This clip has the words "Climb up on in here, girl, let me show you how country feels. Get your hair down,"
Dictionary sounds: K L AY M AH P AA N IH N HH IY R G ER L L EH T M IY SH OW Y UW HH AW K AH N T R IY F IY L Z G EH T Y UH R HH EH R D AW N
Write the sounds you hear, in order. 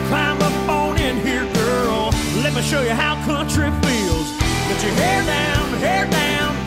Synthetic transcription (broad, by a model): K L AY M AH F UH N IH N HH IY R G ER L L EH T M IY SH OW Y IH HH AW K AH N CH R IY F IY L Z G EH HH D UH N HH EH R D AW N